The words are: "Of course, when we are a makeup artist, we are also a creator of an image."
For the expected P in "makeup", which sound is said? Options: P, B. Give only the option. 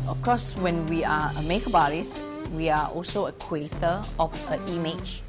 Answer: B